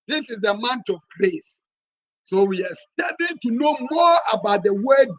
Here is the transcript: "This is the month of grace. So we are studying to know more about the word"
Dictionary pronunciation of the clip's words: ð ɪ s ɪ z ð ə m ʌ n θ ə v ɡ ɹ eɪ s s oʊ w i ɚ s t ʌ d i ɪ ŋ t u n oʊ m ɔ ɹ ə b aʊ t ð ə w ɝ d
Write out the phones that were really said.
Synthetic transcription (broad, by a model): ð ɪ s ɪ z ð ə m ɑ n t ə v ɡ ɹ eɪ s s oʊ w i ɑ s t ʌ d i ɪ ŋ t u n oʊ m ɔ ɹ ə b aʊ t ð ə w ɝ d